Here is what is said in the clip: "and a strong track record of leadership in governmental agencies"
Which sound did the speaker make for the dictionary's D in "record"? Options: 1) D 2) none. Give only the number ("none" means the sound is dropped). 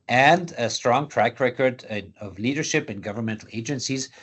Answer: 1